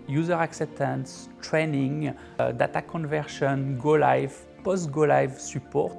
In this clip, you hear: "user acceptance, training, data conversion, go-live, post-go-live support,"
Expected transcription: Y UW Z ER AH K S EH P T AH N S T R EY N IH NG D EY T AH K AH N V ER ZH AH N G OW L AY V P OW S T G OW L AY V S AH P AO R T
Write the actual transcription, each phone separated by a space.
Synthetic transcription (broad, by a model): Y UW Z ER AH K S EH P T AH N S T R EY N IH NG D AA T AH K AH N V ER SH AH N G OW L AY V P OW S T G OW L AY V S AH P AO R T